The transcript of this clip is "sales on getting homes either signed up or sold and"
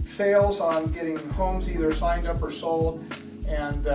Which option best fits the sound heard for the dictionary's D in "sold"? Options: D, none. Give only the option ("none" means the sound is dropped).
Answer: none